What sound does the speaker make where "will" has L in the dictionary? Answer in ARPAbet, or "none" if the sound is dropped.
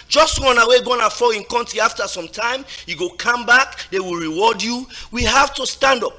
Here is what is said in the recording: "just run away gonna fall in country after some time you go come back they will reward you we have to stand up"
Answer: L